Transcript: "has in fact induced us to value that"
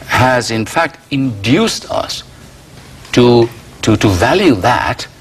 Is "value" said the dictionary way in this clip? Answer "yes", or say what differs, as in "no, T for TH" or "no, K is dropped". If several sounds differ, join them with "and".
yes